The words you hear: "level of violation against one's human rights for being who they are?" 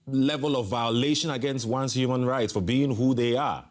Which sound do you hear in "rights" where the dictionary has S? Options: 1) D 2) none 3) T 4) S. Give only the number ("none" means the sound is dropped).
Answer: 4